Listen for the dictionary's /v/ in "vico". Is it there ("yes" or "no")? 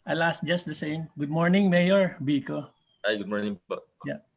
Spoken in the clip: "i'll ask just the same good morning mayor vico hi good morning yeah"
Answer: no